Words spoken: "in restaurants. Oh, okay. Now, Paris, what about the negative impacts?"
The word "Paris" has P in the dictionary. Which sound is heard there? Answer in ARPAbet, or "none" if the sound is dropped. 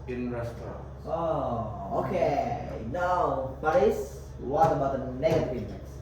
B